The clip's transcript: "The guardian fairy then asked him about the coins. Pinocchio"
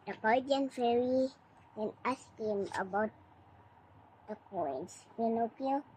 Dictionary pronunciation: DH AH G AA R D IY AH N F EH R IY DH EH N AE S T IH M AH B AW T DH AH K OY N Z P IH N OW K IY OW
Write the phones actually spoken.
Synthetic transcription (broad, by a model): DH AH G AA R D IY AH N F EH R IY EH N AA S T IH M AH B AW T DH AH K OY N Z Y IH N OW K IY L